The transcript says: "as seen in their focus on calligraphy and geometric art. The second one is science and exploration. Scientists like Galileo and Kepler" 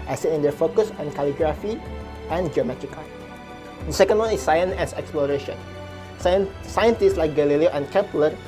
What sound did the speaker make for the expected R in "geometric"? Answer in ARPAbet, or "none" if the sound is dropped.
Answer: none